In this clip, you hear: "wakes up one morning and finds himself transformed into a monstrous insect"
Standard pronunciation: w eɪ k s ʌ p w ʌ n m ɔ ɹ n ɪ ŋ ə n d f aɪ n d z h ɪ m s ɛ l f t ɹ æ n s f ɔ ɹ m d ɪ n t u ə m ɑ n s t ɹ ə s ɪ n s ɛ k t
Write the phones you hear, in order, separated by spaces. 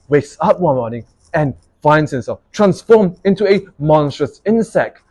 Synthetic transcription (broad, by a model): w eɪ k s ʌ p w ʌ n m ɔ ɹ n ɪ ŋ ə n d f aɪ n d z h ɪ m s ɛ l f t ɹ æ n s f ɔ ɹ m ɪ n t u ə m ɑ n s t ɹ ə s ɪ n s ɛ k t